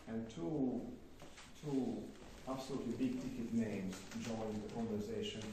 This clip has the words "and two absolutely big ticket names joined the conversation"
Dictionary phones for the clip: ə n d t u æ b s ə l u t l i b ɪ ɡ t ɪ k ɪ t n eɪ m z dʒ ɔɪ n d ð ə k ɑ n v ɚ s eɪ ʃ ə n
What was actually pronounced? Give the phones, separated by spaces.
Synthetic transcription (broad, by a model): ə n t t u æ b s ə l u t l i b ɪ ɡ t ɪ k ɪ t n eɪ m z dʒ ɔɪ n ð ə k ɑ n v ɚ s eɪ ʃ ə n